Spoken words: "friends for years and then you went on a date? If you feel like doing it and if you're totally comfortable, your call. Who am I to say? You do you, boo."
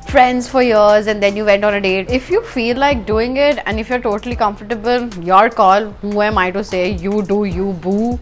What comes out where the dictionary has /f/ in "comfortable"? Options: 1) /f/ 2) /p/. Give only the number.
1